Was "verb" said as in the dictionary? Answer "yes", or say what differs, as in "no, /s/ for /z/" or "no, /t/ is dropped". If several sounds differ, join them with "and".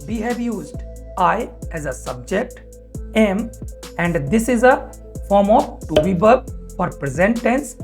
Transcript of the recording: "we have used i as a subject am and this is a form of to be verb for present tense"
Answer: no, /b/ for /v/